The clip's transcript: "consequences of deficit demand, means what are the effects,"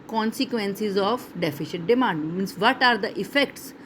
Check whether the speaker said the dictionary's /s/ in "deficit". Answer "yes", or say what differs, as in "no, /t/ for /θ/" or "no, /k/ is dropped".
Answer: no, /ʃ/ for /s/